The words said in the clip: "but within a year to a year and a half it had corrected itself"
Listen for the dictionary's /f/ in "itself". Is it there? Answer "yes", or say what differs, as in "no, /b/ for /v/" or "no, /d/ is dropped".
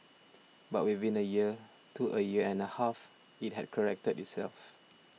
yes